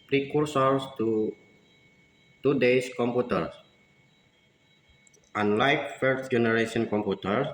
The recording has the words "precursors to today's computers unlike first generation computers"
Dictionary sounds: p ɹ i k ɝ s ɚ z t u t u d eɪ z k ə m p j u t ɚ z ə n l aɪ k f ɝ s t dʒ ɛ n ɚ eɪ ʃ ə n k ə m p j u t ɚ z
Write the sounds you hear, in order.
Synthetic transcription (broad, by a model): p ɹ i k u s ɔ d t u t u d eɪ s k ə m p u t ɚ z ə n l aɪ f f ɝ t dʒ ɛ n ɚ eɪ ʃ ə n k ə m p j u t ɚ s